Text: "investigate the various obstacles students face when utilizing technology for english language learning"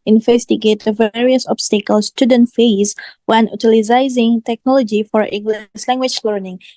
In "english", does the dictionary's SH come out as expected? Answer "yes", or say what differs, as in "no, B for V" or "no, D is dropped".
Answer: no, S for SH